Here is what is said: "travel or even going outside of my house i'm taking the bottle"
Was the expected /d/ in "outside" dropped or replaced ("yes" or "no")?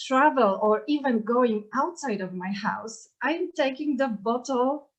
no